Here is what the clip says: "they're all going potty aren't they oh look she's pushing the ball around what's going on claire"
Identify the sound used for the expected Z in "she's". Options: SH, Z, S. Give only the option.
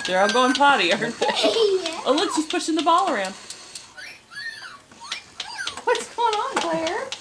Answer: S